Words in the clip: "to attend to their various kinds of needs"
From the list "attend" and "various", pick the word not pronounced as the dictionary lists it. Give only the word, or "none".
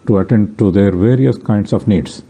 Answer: none